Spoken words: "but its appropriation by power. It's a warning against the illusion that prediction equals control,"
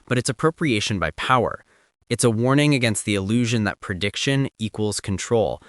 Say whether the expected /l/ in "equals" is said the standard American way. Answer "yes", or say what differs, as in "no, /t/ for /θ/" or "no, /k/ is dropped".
yes